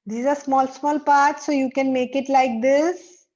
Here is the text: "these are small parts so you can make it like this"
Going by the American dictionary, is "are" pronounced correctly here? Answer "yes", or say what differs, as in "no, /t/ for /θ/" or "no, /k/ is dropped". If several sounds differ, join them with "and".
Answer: no, /l/ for /ɹ/